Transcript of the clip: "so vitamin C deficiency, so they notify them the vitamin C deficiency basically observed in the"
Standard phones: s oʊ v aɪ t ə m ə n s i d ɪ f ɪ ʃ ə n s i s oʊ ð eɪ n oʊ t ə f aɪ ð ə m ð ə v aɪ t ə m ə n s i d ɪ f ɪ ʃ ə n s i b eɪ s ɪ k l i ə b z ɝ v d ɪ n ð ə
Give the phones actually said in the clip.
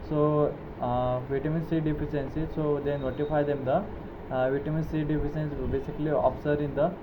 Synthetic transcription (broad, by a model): s oʊ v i t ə m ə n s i d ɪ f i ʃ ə n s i s oʊ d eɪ n oʊ t ə f aɪ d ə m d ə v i t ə m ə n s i d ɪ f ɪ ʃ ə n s b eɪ s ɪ k l i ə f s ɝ d ɪ n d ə